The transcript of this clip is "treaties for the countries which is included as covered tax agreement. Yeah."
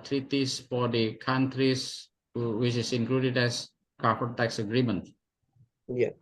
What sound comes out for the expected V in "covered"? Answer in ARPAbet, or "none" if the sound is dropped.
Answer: F